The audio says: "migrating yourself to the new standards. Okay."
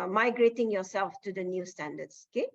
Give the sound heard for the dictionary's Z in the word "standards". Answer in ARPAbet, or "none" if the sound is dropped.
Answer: S